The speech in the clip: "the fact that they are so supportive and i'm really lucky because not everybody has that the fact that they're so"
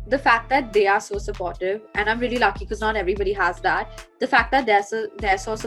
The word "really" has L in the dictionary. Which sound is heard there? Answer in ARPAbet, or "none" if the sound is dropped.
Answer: none